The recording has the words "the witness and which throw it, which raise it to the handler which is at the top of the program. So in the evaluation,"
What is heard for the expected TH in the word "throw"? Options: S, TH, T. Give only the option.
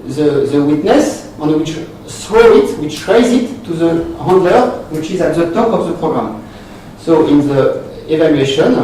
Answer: S